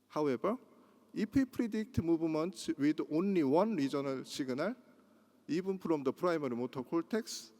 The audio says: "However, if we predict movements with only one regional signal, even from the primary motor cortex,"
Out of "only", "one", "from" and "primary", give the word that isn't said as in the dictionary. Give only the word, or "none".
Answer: from